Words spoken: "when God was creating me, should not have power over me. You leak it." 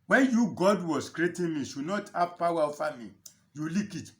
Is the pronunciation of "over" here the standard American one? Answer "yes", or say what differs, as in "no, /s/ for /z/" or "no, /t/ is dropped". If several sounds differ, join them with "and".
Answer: no, /f/ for /v/